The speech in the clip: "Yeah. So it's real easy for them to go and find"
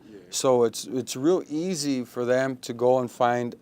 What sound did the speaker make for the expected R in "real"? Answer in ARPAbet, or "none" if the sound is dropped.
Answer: R